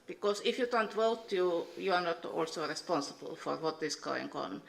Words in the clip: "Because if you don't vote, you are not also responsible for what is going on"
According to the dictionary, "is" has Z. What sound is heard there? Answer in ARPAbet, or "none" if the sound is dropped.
S